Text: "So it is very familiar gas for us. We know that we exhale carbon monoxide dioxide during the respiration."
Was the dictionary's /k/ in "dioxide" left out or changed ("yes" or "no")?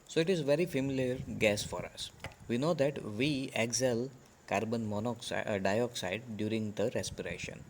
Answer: no